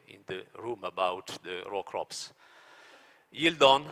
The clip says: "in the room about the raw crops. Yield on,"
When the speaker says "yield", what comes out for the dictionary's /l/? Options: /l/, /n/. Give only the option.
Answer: /l/